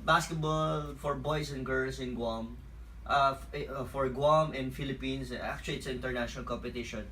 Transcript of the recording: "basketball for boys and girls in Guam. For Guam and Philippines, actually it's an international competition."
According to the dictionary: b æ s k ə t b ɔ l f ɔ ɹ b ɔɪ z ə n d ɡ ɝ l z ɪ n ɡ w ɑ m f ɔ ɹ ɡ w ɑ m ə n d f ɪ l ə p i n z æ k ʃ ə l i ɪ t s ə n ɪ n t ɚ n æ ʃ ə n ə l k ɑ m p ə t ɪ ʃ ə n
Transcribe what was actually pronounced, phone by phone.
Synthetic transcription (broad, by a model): b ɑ s k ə t b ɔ l f ɔ ɹ b ɔɪ s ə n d ɡ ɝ l s ɪ n ɡ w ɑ m f ɔ ɹ ɡ w ɑ m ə n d f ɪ l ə p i n s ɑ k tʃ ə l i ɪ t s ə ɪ n t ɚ n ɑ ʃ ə n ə l k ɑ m p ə t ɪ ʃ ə n